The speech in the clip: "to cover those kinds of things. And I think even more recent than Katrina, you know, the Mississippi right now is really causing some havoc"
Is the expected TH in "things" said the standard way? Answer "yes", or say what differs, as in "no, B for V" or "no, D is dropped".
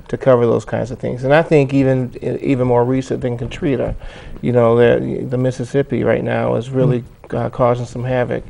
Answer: yes